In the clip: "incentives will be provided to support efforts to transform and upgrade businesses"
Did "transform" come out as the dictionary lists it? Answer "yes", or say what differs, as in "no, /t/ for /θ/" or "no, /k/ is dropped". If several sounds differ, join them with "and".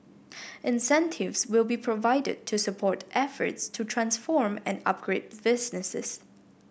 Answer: yes